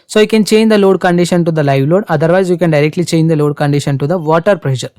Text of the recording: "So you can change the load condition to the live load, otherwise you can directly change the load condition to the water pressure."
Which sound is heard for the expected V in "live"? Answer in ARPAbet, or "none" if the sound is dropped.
V